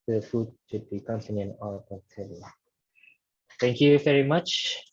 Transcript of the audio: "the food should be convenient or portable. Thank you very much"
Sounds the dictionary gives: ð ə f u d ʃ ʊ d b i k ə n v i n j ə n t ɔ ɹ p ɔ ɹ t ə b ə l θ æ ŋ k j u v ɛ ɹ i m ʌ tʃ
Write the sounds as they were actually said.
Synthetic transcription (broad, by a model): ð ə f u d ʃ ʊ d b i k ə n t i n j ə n ɔ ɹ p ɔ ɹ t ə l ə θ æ ŋ k j u v ɛ ɹ i m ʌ tʃ